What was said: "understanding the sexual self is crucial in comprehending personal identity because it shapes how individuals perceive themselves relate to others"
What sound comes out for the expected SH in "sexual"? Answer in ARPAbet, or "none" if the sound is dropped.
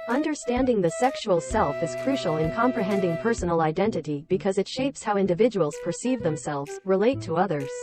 SH